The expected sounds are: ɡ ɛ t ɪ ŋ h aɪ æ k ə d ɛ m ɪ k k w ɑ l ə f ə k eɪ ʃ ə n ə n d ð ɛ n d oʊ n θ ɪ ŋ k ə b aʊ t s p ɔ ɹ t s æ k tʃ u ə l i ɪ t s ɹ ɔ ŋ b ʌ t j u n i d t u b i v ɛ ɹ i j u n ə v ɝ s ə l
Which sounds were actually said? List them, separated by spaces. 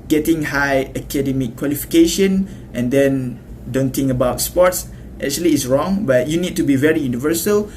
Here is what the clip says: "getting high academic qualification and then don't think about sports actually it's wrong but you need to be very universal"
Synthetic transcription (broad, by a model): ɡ ɛ t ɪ ŋ h aɪ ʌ k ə d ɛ m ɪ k k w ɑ l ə f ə k eɪ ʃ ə n ə n d ɛ n d oʊ n t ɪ ŋ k ə b aʊ t s p ɔ t s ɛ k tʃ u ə l i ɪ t s ɹ ɔ ŋ b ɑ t j u n i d t u b i v ɛ ɹ i j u n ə v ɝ s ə l